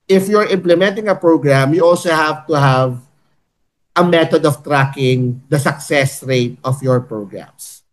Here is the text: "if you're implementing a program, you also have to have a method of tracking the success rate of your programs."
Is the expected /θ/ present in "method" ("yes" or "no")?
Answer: no